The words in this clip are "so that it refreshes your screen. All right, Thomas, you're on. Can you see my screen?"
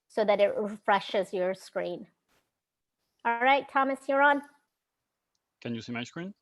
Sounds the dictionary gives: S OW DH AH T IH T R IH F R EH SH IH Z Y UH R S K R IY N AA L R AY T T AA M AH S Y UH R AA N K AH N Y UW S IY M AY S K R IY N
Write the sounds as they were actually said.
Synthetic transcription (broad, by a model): S OW DH AH T IH T R IH F R EH SH IH Z Y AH R S K R IY N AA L R AY T T AA M AH S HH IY R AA N K AH N Y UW S IY M AY S K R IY N